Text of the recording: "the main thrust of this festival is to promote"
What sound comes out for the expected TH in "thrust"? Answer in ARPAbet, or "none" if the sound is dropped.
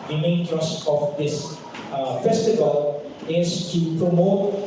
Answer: T